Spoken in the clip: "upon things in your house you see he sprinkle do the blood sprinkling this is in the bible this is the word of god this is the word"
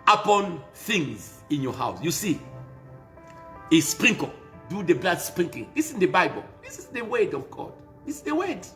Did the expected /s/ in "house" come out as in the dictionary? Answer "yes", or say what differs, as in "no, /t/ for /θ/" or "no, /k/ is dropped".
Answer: yes